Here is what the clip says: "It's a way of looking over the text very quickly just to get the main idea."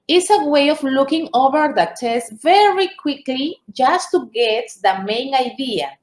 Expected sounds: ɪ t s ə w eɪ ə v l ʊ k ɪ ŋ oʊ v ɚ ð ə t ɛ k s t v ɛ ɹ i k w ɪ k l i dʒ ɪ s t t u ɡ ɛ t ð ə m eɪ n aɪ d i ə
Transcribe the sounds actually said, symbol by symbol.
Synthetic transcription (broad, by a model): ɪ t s ə w eɪ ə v l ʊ k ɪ ŋ oʊ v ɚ ð ə t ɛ s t v ɛ ɹ i k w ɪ k l i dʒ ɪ s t t u ɡ ɛ t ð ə m eɪ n aɪ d i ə